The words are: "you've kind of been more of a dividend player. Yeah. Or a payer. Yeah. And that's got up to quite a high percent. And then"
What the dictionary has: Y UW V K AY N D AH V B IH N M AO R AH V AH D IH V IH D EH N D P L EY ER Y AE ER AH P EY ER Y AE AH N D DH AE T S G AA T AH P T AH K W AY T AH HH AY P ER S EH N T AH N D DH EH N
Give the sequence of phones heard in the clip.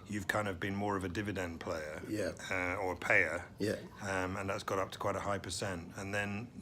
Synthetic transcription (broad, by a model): Y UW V K AY N D AH V B IH N M AO R AH V AH D IH V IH D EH N P L EY ER Y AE ER AH P EY ER Y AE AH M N DH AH T S G AA T AH P T AH K W AY T AH HH AY P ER S EH N T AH N DH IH N